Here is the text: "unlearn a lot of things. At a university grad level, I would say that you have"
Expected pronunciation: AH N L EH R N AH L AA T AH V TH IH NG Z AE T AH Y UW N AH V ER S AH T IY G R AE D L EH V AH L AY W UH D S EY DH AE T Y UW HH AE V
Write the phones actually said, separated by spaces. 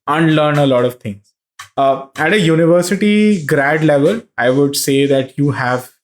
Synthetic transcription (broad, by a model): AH N L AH R N AH L AA T AH V T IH NG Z AE T AH Y UW N AH V ER S AH T IY G R AE D L EH V AH L AY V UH D S EY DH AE T Y UW HH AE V